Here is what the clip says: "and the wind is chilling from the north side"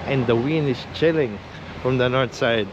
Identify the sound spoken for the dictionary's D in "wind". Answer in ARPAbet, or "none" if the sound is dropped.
none